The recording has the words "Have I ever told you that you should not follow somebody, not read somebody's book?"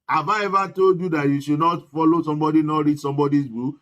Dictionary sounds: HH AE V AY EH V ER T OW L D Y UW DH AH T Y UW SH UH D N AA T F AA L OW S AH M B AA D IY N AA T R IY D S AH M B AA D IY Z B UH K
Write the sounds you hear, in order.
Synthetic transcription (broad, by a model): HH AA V AY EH V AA T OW D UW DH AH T Y UW SH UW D N AA T F AA L OW S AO M B AA D IY N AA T R IY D S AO M B AA D IY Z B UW